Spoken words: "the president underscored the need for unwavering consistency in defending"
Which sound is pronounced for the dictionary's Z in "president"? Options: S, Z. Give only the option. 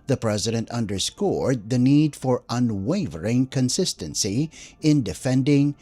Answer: Z